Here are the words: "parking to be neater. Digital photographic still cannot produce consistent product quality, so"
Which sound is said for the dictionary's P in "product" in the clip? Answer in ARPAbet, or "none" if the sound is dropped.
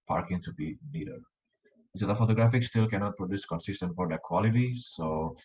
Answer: F